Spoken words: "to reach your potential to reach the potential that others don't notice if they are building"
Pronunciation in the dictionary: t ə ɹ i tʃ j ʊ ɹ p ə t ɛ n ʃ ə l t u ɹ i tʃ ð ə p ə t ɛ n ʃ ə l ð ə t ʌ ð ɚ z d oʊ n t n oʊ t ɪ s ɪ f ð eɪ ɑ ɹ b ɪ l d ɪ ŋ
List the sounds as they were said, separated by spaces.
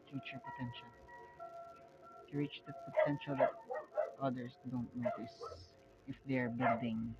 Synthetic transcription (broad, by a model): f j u tʃ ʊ ɹ p ə t ɛ n ʃ ə l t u ɹ i tʃ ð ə p ə t ɛ n ʃ ə l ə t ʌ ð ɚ s d oʊ n t n oʊ t ɪ s ɪ f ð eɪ ɑ ɹ b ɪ l d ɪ ŋ